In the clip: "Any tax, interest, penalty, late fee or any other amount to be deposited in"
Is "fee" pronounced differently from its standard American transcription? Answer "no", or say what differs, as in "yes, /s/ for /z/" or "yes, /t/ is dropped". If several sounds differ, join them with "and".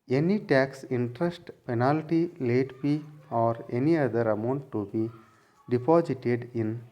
yes, /p/ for /f/